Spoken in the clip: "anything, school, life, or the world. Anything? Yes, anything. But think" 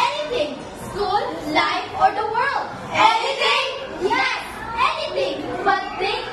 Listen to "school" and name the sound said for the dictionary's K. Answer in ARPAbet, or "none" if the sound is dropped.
none